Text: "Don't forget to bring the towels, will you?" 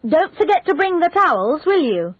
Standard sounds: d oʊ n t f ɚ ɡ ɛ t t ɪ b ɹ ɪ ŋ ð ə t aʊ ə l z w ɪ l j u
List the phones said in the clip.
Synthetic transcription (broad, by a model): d oʊ n t f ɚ ɡ ɛ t t ɪ b ɹ ɪ ŋ ð ə t aʊ ə l z w ɪ l j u